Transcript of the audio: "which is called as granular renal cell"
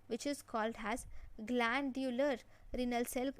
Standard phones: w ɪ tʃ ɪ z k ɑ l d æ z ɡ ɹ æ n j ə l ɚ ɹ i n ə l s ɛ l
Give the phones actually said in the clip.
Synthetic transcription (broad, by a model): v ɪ tʃ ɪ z k ɑ l d æ z ɡ l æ n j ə l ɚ ɹ i n ə l s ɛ l